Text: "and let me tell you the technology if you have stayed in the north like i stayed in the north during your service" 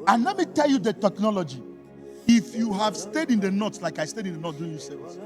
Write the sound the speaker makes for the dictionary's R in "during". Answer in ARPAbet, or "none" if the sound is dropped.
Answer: none